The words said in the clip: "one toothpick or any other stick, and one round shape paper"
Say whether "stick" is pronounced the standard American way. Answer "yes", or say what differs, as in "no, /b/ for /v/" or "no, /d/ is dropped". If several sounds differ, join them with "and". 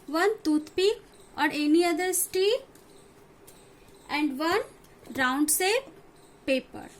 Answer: no, /k/ is dropped